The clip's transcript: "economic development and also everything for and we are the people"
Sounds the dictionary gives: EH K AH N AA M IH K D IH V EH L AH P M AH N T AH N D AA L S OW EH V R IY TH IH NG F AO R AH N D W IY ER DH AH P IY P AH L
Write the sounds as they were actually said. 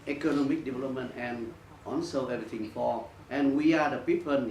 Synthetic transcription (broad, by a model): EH K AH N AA M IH K D IH V EH L AH P M AH N T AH N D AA N S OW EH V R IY T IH NG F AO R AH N W IY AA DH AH P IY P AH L